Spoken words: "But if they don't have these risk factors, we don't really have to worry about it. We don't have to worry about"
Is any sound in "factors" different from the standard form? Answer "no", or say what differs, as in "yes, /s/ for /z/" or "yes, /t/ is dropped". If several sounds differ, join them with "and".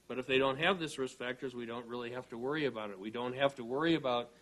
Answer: no